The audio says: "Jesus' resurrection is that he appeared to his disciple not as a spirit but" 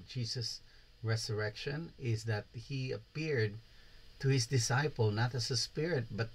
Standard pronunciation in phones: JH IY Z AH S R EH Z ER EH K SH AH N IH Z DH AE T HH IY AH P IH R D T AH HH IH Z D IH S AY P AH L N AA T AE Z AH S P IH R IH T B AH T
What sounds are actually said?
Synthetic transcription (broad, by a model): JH IY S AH S R EH S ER EH K SH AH N IH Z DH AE T HH IY AH P IH R D T AH HH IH S D IH S AY P AH L N AA T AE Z AH S P IH R IH T B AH T